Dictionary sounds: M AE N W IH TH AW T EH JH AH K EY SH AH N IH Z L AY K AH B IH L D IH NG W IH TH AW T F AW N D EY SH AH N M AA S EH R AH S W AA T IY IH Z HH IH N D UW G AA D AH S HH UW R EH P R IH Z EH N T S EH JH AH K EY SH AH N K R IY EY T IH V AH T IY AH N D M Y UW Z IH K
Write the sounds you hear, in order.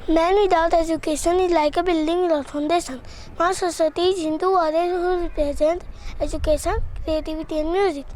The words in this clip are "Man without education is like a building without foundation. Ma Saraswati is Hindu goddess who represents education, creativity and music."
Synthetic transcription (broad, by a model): M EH N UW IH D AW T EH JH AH K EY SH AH N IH L AY K AH B IH L D IH NG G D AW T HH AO N D EY S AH N M AA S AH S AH T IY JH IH N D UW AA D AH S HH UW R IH P R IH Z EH N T EH JH AH K EY SH AH N K R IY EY T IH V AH T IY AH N M Y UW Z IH K